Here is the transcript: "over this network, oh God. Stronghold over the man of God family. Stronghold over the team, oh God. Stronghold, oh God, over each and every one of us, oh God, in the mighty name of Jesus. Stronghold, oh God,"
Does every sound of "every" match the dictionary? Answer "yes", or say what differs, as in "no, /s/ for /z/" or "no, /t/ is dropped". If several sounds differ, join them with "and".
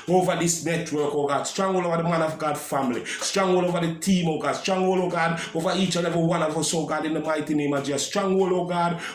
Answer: no, /ɹ/ is dropped